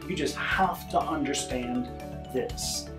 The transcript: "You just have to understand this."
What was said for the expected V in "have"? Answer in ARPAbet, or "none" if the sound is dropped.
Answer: F